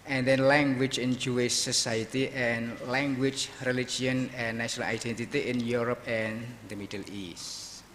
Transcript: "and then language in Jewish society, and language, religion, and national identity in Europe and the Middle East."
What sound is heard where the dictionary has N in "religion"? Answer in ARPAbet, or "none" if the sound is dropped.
none